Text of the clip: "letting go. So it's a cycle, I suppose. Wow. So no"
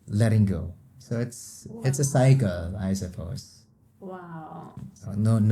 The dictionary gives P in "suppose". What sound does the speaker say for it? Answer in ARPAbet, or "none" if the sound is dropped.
F